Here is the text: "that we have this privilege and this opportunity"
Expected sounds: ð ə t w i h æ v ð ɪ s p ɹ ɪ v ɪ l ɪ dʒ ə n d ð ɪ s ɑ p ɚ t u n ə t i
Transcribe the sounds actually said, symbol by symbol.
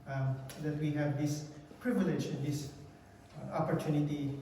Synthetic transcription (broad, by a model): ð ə t w i h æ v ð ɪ s p ɹ ɪ v ɪ l ɪ dʒ ə n d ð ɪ s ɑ p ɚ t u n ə t i